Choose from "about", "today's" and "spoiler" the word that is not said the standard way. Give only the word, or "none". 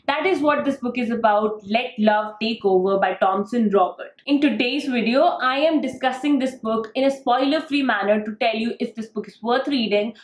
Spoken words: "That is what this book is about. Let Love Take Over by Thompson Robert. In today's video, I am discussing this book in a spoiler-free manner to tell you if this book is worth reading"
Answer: none